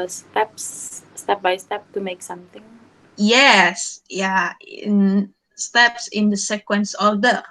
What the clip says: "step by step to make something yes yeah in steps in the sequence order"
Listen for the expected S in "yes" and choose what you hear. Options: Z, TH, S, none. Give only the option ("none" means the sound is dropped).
S